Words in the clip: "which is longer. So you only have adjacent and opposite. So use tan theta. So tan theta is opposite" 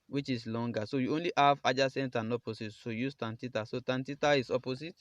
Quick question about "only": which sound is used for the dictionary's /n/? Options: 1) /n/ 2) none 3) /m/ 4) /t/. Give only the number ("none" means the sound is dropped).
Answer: 1